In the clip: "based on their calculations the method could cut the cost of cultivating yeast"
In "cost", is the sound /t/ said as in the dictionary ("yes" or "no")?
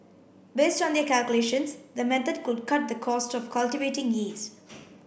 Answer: yes